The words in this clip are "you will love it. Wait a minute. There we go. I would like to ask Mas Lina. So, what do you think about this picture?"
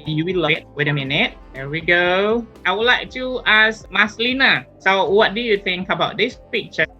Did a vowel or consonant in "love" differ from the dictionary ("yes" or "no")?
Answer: yes